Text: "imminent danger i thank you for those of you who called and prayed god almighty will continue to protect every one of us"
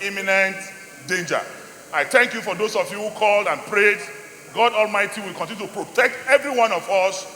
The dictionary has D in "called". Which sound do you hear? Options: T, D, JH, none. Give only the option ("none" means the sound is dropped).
D